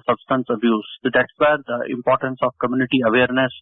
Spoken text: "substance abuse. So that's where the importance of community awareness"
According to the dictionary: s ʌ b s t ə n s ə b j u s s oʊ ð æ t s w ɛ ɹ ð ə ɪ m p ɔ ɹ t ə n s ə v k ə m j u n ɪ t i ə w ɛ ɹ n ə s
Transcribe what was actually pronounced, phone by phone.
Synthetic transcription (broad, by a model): s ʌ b s t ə n s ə b j u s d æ t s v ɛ ɹ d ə ɪ m p ɔ ɹ t ə n s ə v k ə m j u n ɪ t i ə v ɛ ɹ n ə s